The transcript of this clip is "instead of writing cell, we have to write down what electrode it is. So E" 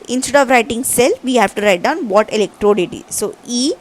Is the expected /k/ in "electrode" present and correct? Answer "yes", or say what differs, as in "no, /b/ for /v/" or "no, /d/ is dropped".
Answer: yes